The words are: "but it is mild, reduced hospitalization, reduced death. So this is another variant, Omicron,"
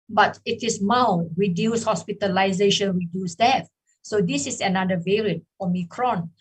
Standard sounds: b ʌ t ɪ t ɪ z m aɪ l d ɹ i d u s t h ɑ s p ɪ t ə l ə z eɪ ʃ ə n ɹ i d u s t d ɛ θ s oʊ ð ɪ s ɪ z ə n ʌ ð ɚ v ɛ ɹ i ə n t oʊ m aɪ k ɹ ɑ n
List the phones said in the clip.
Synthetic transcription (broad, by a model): b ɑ t ɪ t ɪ s m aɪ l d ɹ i d u s h ɑ s p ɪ t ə l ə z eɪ ʃ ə n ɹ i d u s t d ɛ f s oʊ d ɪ s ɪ s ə n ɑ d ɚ v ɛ ɹ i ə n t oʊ m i k ɹ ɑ n